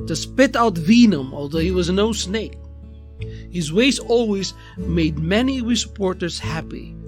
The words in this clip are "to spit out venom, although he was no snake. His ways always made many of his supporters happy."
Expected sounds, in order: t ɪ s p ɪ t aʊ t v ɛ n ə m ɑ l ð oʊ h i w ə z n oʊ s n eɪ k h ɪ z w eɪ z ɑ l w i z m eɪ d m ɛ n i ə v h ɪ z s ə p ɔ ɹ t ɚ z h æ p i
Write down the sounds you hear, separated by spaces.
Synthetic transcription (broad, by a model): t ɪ s p ɪ t aʊ t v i n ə m ɑ l ð oʊ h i w ə z n oʊ s n eɪ k h ɪ z w eɪ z ɑ l w i z m eɪ d m ɛ n i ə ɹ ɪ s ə p ɔ ɹ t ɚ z h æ p i